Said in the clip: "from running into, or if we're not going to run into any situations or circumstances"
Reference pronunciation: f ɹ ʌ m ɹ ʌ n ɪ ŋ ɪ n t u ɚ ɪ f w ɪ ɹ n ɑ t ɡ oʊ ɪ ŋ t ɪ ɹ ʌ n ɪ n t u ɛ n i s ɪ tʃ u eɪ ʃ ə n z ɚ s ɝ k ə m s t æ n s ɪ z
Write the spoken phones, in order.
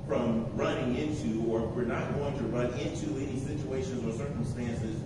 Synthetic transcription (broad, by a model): f ɹ ʌ m ɹ ʌ n ɪ ŋ ɪ n t u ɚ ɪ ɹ w ɪ ɹ n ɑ t ɡ oʊ ɪ ŋ t ɪ ɹ ʌ n ɪ n t u ɛ n i s ɪ tʃ u eɪ ʃ ə n z ɚ s ɝ k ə m s t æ n s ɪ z